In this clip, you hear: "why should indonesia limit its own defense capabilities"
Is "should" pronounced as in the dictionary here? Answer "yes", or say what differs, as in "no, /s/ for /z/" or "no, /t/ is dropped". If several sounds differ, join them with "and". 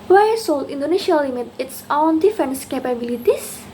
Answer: no, /s/ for /ʃ/